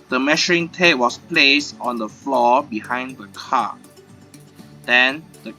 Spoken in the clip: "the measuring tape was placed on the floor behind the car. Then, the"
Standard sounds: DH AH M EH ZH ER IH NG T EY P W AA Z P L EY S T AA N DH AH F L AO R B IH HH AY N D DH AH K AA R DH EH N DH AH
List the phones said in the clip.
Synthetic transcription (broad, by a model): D AH M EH SH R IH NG T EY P W AA S P L EY S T AA N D AH F L AO B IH HH AY N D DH AH K AA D EH N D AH